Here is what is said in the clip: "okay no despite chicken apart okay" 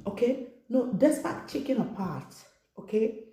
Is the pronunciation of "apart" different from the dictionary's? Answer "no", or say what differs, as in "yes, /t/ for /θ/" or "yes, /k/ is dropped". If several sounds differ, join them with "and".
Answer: no